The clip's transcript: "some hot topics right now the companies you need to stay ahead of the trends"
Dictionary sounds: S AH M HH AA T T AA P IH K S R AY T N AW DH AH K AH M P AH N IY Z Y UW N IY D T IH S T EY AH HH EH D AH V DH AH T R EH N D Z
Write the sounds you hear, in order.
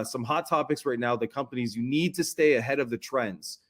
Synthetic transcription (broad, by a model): S AH M HH AA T T AA P IH K S R AY T N AW DH AH K AH M P AH N IY Z Y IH N IY D T IH S T EY AH HH EH D AH V DH AH T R EH N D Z